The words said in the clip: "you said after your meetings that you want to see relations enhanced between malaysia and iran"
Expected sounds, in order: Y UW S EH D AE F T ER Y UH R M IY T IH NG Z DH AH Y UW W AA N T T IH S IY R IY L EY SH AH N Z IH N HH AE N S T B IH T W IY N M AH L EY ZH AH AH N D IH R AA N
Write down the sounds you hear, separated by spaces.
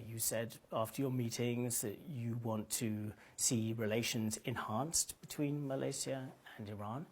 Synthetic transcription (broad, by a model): Y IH S EH D AE F T ER Y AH R M IY T IH NG Z DH AH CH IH W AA N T T IH S IY R IY L EY SH AH N Z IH N HH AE N S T B IH T W IY N M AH L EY S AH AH N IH R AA N